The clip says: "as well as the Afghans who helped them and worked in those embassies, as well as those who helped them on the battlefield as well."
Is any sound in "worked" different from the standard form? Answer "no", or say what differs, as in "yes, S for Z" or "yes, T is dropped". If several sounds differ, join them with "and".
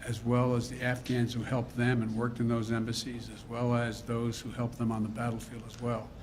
no